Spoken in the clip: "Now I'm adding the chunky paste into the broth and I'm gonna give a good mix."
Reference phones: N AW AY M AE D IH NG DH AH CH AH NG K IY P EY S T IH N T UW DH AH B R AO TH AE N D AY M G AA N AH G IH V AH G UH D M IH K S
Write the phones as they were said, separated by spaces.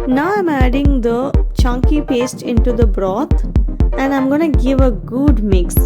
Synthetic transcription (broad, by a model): N AW AY M AE D IH NG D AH CH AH NG K IY P EY S T IH N T UW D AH B R AO T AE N D AY M G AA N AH G IH V AH G UH D M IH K S